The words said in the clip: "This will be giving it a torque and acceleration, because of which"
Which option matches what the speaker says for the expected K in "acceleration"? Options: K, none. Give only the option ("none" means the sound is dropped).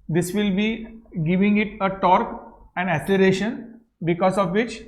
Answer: none